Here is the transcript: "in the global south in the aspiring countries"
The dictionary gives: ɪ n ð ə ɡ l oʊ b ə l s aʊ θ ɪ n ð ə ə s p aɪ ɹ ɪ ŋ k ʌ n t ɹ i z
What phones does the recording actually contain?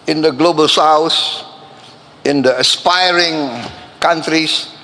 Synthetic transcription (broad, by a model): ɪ n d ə ɡ l oʊ b ə l s aʊ s ɪ n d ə ə s p aɪ ɹ ɪ ŋ k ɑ n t ɹ i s